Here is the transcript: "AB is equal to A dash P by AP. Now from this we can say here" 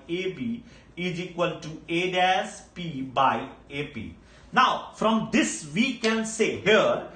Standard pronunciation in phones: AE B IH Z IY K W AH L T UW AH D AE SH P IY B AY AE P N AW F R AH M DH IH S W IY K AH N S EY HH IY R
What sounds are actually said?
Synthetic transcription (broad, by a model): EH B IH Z IY K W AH L T UW AH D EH S P IY B AY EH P N AW F R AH M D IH S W IY K AH N S EY HH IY R